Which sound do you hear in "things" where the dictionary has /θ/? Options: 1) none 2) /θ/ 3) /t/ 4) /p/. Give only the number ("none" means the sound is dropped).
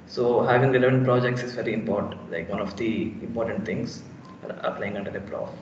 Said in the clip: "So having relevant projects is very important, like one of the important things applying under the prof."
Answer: 3